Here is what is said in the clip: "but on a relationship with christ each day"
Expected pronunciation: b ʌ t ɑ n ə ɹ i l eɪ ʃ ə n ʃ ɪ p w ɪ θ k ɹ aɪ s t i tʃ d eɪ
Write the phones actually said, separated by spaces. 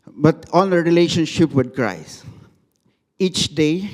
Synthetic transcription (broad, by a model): b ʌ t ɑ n ə ɹ i l eɪ ʃ ə n ʃ ɪ p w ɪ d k ɹ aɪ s i tʃ d eɪ